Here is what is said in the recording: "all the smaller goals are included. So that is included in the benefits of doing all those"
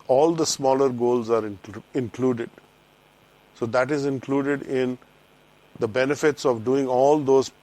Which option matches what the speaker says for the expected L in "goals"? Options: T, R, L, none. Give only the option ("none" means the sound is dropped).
L